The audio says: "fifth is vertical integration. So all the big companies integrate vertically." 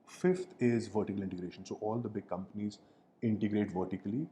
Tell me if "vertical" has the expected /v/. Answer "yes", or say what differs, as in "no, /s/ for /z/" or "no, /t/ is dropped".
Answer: yes